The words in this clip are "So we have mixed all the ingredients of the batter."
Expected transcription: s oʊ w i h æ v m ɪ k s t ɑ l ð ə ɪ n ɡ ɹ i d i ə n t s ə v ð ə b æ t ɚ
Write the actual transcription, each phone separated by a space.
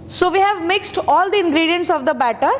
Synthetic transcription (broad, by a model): s oʊ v i h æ v m ɪ k s t ɑ l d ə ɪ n ɡ ɹ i d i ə n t s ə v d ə b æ t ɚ